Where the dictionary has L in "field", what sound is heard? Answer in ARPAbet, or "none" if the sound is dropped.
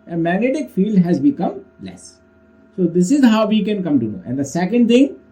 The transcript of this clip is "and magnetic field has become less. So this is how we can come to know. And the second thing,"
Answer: L